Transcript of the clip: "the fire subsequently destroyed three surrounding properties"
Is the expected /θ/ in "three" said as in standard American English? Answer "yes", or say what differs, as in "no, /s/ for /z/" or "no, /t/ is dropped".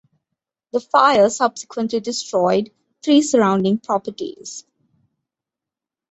no, /t/ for /θ/